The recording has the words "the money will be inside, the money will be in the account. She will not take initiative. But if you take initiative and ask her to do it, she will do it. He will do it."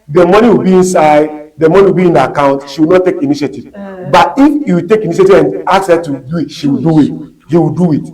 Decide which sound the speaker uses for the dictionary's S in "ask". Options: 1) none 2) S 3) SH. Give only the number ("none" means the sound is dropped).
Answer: 1